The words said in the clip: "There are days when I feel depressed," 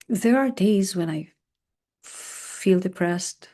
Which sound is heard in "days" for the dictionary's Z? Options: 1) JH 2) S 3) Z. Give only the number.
3